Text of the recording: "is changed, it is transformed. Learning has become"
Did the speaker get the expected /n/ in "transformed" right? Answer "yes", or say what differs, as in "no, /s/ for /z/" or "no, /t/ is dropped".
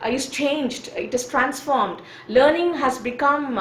yes